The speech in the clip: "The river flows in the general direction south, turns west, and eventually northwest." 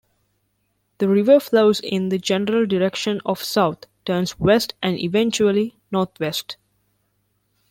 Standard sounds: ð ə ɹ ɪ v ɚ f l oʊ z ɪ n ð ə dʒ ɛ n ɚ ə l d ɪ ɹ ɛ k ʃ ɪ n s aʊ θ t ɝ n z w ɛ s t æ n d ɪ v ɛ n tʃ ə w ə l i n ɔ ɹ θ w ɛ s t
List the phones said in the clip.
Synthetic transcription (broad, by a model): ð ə ɹ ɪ v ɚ f l oʊ z ɪ n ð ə dʒ ɛ n ɚ ə l d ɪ ɹ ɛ k ʃ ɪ n s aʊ t t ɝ n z w ɛ s t æ n d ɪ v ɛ n tʃ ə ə l i n ɔ ɹ t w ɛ s t